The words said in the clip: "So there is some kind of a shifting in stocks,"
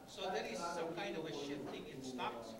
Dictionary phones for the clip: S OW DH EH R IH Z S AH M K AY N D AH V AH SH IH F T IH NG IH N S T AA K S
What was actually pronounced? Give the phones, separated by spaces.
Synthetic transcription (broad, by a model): S OW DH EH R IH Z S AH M K AY N D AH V AH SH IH T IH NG IH N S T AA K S